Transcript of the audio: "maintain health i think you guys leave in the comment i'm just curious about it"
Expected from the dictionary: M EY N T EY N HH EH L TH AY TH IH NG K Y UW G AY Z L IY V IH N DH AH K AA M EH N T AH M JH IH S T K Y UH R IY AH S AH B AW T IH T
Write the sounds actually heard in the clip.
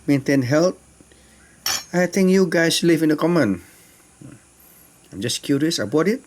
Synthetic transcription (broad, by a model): M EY N T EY N HH EH L T AY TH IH NG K Y UW G AY S L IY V IH N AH K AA M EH N AH M JH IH S K Y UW R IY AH S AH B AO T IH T